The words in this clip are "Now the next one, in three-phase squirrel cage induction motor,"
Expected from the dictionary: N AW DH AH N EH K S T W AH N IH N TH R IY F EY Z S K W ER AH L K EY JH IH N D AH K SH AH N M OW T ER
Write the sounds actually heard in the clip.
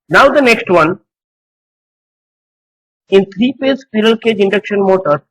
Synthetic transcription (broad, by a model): N AW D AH N EH K S T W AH N IH N T R IY P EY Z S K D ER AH L K EY JH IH N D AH K SH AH N M OW T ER